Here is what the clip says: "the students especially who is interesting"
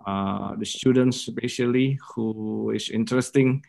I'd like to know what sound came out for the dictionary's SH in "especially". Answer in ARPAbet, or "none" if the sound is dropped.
none